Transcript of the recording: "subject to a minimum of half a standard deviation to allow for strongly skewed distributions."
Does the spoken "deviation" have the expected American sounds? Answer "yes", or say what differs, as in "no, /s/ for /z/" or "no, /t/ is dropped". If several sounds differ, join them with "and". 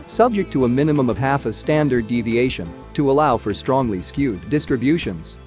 yes